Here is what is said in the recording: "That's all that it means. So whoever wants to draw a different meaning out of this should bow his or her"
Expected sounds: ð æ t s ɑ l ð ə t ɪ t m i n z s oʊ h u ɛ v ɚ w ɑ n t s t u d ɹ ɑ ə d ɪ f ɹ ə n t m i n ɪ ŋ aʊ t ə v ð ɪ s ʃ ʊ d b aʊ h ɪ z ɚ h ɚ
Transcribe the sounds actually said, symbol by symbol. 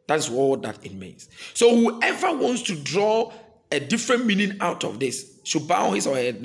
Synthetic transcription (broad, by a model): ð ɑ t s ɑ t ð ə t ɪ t m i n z s oʊ h u ɛ v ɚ w ɑ n t s t u d ɹ ɑ ə d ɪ f ɹ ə n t m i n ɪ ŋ aʊ t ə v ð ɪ s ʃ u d b aʊ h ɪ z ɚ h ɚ